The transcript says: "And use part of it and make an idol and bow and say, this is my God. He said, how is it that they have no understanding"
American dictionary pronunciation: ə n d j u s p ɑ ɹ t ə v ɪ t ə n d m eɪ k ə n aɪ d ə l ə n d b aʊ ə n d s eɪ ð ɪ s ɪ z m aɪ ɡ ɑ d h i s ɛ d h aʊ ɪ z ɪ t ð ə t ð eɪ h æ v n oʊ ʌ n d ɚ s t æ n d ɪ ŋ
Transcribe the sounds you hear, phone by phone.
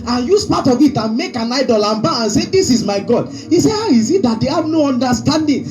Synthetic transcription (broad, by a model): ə n j u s p ɑ t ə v ɪ t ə n m eɪ k ə n aɪ d ə l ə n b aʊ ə n s eɪ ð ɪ s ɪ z m aɪ ɡ ɑ d h i s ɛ h aʊ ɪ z ɪ t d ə t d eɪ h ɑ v n oʊ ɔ n d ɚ s t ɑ n d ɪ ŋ